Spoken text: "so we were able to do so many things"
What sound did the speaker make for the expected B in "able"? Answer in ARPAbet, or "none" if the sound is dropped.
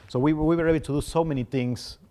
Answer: none